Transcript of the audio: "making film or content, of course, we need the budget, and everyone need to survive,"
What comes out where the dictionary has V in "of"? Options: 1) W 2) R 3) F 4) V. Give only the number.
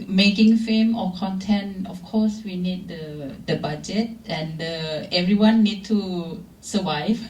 3